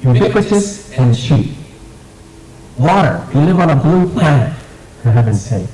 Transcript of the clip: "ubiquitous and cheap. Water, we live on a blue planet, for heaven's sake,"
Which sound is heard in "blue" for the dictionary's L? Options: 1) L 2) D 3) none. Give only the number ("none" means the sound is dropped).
1